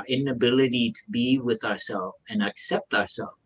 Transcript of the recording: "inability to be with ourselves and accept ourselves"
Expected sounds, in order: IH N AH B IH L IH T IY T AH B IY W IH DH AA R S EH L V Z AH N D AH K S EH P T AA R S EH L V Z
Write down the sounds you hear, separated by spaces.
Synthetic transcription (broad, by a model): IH N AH B IH L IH T IY T AH B IY W IH DH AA R S EH L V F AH N AH K S EH P T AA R S EH L